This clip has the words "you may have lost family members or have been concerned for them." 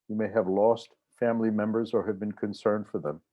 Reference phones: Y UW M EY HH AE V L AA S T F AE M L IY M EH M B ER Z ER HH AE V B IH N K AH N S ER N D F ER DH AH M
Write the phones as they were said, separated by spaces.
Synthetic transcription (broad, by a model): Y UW M EY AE V L AA S T F AE M L IY M EH M B ER Z ER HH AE V B IH N K AH N S ER N D F ER DH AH M